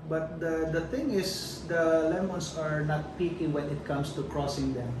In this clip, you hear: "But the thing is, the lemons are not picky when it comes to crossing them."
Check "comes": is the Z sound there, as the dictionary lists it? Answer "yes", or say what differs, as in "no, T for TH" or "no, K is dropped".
no, S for Z